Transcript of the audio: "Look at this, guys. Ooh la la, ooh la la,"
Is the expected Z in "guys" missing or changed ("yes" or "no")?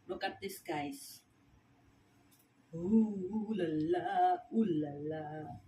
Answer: yes